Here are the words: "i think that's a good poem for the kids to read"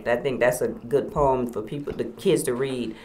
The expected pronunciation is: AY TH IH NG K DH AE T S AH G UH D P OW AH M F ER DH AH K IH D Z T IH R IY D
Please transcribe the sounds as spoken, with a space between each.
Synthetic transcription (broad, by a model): AY TH IH NG K DH AE T S AH G UH D P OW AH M F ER DH AH K IH D Z T IH R IY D